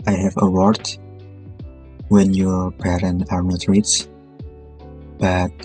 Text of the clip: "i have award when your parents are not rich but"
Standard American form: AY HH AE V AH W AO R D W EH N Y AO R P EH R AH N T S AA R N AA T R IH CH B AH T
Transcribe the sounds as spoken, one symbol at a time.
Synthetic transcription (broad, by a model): AY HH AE V AH W AO R D W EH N Y AO R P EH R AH N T AA R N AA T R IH S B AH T